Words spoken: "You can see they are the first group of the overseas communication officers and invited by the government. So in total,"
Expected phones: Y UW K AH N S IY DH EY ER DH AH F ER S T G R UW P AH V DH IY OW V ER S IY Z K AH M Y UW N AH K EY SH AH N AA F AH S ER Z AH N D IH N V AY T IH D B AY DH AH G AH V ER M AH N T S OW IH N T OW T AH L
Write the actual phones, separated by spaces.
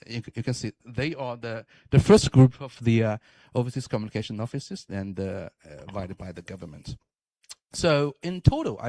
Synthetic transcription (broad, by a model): Y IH K AH N S IY DH EY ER DH AH F ER S T G R UW P AH V DH IY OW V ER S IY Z K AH M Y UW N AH K EY SH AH N AA F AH S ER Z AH N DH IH V AY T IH D B AY DH AH G AH V ER M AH N T S OW IH N T OW T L